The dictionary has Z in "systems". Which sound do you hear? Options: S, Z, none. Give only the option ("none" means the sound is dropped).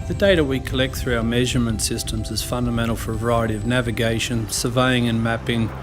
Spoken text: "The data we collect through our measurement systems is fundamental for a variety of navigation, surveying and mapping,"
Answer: Z